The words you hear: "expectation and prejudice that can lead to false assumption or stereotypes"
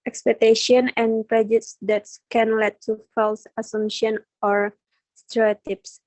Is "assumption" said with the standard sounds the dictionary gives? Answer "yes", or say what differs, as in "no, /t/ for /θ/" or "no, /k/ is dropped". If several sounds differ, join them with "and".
no, /p/ is dropped